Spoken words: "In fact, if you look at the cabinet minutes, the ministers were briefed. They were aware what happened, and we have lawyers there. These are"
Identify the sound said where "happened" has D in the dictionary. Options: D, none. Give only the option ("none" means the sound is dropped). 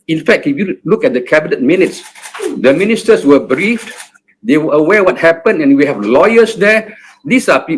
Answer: none